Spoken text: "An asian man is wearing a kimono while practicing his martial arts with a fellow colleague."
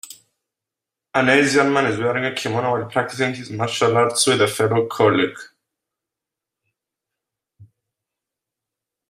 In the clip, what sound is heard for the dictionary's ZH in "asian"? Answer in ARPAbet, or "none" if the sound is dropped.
Z